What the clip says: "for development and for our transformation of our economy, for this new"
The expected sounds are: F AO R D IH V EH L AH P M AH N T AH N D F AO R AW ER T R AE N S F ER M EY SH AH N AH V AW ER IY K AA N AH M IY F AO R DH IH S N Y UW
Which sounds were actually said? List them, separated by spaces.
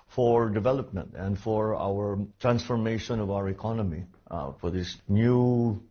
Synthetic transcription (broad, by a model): F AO R D IH V EH L AH P M AH N T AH N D F AO R AW ER T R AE N S F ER M EY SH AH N AH V AW ER IY K AA N AH M IY F AO R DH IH S N Y UW